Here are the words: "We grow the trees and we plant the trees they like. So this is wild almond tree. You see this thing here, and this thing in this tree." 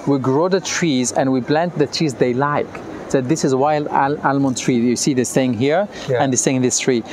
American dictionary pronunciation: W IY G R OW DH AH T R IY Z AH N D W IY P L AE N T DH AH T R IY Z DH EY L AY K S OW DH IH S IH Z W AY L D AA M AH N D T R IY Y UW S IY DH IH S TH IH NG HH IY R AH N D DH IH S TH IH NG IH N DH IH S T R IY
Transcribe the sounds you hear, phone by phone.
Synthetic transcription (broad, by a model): W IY G R OW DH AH T R IY Z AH N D W IY B L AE N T DH AH T R IY Z DH EY L AY K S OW DH IH S IH Z W AY L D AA M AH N T R IY Y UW S IY DH IH S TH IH NG HH IY R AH N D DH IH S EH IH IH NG DH IH S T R IY